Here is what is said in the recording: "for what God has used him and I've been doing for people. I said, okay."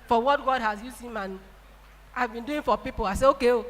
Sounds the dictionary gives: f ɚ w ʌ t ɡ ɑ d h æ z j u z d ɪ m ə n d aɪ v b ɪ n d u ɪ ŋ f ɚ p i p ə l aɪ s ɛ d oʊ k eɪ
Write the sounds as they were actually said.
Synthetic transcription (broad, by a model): f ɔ w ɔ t ɡ ɑ d h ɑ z j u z ɪ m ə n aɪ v b ɪ n d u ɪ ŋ f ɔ p i p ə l aɪ s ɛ oʊ k eɪ